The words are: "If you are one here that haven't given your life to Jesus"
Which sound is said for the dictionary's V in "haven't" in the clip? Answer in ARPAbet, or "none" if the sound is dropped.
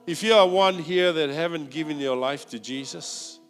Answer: V